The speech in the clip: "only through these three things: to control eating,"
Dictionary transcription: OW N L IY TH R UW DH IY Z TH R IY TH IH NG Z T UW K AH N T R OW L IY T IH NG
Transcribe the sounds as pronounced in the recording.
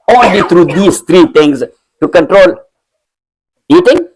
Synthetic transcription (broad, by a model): OW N L IY T R UW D IY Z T R IY T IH NG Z T UW K AH N T R OW L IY T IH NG